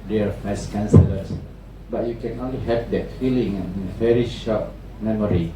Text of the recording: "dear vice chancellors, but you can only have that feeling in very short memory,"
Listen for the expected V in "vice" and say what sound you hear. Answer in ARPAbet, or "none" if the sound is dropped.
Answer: F